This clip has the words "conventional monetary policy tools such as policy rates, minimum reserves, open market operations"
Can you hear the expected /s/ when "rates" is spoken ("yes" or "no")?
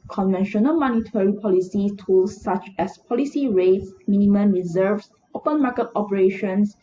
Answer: yes